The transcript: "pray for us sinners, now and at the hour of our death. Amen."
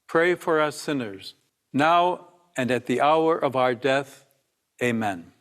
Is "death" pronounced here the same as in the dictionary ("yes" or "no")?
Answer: yes